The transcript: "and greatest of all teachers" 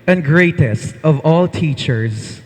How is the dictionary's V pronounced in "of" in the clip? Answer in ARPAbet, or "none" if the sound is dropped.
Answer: V